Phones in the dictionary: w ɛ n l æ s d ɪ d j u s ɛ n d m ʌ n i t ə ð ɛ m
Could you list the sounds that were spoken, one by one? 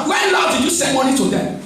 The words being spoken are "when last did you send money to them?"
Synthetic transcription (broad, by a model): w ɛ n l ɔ d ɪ j u s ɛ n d m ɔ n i t ə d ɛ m